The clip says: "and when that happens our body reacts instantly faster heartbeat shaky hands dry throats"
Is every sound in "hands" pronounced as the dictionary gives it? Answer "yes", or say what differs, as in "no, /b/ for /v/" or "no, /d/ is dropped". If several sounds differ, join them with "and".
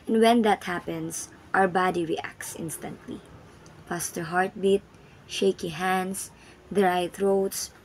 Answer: no, /s/ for /z/